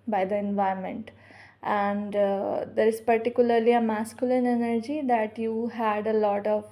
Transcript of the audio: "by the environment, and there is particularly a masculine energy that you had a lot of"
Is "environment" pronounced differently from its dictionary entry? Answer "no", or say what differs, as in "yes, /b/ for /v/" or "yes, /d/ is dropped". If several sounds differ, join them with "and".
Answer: yes, /ɹ/ is dropped